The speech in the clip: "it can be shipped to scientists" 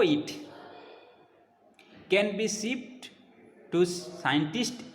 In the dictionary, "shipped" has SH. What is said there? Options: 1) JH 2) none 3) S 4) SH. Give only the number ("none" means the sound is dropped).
3